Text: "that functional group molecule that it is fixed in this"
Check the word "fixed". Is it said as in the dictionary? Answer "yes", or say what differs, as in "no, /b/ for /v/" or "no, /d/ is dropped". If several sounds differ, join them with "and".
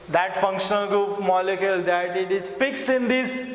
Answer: no, /t/ is dropped